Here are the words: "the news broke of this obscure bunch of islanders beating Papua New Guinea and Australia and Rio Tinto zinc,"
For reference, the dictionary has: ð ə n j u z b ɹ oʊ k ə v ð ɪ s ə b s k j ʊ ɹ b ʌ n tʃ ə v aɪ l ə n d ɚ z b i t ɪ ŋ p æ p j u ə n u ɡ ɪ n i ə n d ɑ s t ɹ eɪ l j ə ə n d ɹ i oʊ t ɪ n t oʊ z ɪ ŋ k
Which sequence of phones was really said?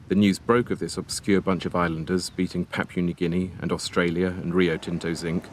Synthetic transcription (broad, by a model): ð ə n j u z b ɹ oʊ k ə v ð ɪ s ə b s k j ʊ b ʌ n tʃ ə v aɪ l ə n d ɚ z b i t ɪ ŋ p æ p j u n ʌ ɡ ɪ n i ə n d ɑ s t ɹ eɪ l j ə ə n ɹ i oʊ t ɪ n t oʊ z ɪ ŋ k